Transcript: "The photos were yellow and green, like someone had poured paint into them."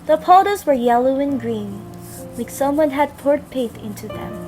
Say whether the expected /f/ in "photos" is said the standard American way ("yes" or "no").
no